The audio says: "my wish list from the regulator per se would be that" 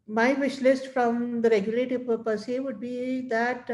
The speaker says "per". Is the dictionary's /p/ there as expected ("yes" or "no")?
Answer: yes